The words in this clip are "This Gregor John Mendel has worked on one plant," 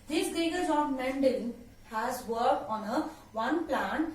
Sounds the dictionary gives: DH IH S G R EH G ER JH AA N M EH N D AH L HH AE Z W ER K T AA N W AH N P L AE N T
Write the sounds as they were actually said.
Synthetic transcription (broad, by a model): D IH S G EH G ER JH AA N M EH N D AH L HH AE Z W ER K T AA N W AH N P L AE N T